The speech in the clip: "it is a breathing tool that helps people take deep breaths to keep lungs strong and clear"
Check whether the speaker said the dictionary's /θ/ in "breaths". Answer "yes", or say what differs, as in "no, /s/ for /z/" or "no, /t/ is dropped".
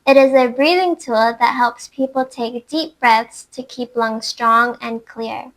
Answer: yes